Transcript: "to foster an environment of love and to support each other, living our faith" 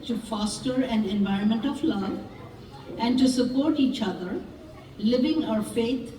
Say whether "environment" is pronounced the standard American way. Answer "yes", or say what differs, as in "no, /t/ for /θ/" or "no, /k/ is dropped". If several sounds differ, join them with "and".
yes